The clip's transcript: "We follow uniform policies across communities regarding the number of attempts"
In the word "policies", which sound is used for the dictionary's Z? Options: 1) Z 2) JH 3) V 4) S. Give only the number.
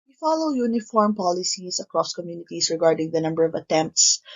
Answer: 4